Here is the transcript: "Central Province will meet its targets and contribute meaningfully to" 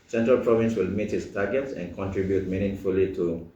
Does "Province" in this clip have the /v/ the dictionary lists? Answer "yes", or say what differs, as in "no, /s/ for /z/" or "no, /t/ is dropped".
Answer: yes